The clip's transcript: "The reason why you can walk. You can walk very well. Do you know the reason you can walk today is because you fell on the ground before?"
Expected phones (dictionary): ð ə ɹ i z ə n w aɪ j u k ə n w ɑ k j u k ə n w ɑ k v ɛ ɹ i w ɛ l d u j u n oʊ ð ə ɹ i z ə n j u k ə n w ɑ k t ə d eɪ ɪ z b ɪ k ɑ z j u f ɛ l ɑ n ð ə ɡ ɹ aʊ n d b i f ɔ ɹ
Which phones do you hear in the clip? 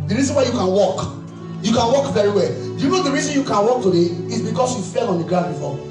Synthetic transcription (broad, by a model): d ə ɹ i z ə n w aɪ j u k ə n w ɑ k j u k ə n w ɑ k v ɛ ɹ i w ɛ l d j u n oʊ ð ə ɹ i z ə n j u k ə n w ɑ k t ə d eɪ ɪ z b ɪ k ɑ s j u f ɛ l ɑ n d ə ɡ ɹ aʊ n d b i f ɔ